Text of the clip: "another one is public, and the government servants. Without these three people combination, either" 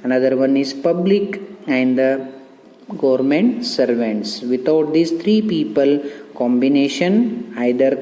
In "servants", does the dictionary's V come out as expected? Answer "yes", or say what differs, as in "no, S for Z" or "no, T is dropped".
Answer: yes